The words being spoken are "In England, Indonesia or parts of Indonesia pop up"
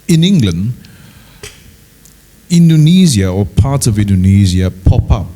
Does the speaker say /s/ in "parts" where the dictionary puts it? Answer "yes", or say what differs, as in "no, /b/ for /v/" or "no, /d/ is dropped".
no, /s/ is dropped